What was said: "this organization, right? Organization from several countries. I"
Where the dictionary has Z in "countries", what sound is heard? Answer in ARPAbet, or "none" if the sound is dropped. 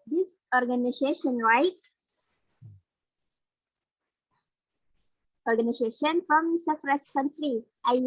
none